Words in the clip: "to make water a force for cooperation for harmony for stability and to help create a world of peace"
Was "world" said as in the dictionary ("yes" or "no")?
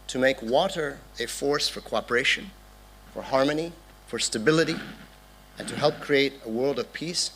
yes